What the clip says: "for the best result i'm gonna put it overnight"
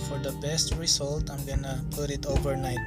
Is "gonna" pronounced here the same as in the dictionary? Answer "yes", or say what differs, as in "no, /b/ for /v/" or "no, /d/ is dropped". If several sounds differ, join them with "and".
yes